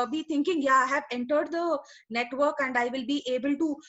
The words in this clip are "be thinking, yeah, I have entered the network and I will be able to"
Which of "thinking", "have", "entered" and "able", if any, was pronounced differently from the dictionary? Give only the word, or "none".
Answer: thinking